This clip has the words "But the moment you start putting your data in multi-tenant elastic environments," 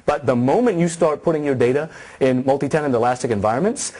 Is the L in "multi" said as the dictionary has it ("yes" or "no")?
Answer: yes